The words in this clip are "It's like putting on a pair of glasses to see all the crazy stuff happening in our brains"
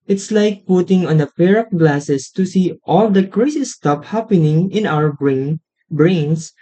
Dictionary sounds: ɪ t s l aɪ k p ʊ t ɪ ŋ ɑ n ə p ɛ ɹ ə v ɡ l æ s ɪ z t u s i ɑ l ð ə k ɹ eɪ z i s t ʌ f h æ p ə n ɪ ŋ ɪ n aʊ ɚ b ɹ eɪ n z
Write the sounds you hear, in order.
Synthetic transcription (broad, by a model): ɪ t s l aɪ k p ʊ t ɪ ŋ ɑ n ə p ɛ ɹ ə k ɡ l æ s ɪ s t u s i ɑ l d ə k ɹ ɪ s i s t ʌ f h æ p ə n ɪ ŋ ɪ n aʊ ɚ b ɹ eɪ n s